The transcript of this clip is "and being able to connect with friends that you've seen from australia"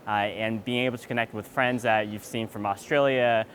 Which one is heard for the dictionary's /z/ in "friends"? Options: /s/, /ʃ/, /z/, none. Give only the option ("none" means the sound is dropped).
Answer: /z/